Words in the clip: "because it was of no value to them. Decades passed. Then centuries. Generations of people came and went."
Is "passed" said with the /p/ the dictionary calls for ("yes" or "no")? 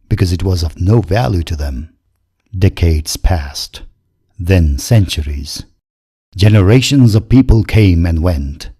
yes